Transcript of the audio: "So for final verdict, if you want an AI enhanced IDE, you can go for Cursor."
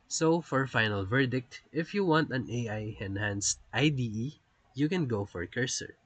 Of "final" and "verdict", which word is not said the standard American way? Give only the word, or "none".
none